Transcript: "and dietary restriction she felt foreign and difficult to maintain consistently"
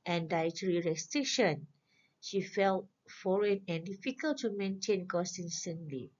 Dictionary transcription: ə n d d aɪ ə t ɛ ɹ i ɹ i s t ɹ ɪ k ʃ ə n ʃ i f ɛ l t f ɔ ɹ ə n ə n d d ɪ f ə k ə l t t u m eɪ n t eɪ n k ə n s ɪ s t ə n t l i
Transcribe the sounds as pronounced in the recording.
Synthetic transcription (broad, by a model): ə n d d aɪ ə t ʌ ɹ i ɹ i s t ɹ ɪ k ʃ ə n ʃ i f ɛ l t f ɔ ɹ ə n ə n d d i f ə k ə l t t u m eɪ n t eɪ n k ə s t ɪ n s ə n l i